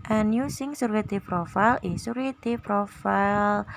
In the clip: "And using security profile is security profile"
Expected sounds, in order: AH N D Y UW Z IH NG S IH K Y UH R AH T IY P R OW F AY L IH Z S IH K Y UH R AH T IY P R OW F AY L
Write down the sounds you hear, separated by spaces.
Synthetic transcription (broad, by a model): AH N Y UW S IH NG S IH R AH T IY P R OW F AY L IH S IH R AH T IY P R OW F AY L